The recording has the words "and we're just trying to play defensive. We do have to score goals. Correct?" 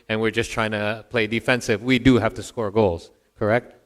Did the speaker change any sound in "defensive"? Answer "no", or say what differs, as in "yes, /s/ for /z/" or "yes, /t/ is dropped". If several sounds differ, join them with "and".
no